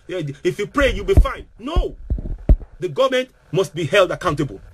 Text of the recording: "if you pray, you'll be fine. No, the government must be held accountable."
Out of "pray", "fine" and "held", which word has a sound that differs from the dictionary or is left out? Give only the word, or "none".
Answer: none